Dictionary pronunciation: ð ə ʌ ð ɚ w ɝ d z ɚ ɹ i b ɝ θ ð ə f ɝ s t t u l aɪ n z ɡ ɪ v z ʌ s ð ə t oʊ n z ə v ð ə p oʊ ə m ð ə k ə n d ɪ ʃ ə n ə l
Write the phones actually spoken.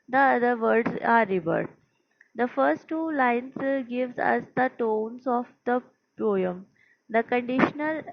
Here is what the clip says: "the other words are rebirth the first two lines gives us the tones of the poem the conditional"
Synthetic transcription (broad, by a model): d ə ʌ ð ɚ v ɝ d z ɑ ɹ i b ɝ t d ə f ɝ s t t u l aɪ n s ɡ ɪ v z ʌ s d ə t oʊ n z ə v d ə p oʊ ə m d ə k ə n d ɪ ʃ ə n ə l